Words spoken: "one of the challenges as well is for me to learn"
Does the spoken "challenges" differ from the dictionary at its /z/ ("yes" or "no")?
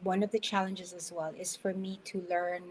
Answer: no